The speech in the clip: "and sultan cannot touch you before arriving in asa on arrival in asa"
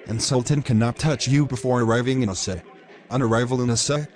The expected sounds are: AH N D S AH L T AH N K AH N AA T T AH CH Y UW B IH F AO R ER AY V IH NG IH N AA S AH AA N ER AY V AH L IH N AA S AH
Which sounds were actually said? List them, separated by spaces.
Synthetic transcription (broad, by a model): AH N S AH L T AH N K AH N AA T T AH CH Y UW B IH F AO R ER AY V IH NG IH N S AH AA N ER AY V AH L IH N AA S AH